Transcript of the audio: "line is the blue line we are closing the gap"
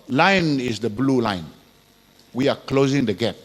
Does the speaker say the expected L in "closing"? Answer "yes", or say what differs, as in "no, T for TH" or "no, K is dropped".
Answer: yes